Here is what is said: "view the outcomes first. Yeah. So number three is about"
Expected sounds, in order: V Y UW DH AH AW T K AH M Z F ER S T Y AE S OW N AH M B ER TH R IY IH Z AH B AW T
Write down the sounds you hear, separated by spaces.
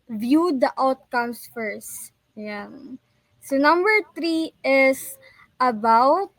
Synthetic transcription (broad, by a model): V Y UW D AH AW T K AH M S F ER S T Y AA S OW N AH M B ER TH R IY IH S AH B AW T